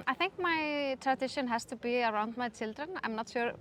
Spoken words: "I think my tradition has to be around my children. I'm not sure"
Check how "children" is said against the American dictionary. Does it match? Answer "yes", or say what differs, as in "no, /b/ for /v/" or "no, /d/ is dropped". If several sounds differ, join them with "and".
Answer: yes